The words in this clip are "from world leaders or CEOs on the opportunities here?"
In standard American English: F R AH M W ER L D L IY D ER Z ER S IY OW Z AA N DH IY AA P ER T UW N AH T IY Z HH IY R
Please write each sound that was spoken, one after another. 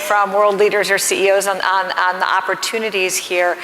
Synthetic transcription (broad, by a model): F R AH M W ER L D L IY D ER Z ER S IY OW Z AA N DH IY AA P ER T UW N AH T IY Z HH IY R